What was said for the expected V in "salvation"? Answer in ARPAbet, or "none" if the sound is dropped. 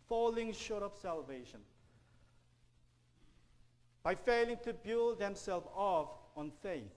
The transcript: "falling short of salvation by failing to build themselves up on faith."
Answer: V